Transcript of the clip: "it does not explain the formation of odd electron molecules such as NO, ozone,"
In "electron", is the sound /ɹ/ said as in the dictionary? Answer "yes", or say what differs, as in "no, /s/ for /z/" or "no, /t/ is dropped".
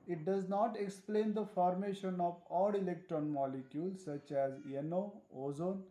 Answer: yes